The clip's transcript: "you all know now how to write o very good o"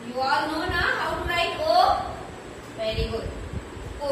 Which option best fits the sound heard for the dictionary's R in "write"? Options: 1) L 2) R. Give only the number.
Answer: 1